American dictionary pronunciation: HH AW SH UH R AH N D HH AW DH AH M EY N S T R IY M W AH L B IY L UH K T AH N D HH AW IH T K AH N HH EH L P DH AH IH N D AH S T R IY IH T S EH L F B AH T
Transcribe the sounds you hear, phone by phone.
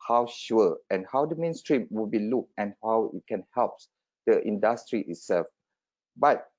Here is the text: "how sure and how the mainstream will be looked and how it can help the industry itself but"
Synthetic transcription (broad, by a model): HH AW SH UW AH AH N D HH AW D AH M EY N S T R IY M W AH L B IY L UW K AH N HH AW IH T K AH N HH EH L P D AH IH N D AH S T R IY IH T S EH L F B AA T